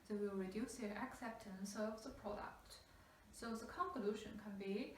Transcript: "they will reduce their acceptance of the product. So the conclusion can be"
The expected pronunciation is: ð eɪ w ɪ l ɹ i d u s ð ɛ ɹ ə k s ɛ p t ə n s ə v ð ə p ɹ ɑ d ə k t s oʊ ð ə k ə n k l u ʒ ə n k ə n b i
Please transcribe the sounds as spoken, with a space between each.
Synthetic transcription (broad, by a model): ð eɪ w ɪ l ɹ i d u s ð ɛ ə k s ɛ p t ə n s ə v ð ə p ɹ ɑ d ə k t s oʊ ð ə k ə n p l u ʃ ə n k ə n b i